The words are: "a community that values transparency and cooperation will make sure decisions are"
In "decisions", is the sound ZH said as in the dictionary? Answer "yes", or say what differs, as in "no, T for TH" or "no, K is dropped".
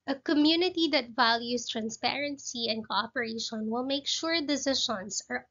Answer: no, SH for ZH